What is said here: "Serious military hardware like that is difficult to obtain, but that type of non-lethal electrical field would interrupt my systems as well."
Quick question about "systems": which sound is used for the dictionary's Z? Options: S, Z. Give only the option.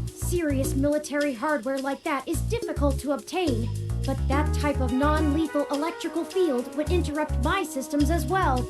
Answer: Z